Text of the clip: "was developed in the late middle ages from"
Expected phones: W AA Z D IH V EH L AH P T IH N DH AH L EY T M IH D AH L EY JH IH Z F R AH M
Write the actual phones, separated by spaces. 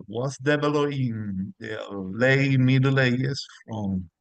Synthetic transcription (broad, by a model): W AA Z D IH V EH L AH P IH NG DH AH L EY M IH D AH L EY IH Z F R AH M